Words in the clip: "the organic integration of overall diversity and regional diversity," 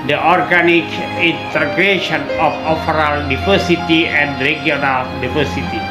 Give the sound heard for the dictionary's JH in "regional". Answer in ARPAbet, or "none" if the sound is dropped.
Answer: none